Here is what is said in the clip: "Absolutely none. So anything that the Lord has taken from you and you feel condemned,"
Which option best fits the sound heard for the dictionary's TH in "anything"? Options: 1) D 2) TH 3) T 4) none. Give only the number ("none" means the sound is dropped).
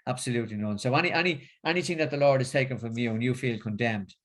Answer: 2